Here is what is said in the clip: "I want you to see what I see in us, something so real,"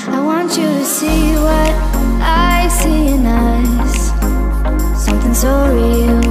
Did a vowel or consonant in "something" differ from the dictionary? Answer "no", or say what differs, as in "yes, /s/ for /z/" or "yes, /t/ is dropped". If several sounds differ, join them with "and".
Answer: no